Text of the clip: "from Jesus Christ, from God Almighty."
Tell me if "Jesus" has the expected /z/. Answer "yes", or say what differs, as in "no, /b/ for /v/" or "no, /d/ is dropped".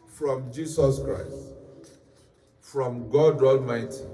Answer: no, /s/ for /z/